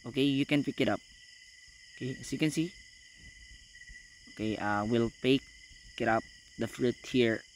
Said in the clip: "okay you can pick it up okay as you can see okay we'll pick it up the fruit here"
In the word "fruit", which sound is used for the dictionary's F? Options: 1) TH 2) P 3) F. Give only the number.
3